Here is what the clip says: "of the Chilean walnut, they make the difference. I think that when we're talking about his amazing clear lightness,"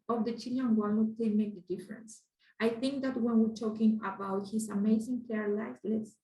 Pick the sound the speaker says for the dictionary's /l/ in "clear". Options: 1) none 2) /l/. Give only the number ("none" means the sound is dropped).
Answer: 1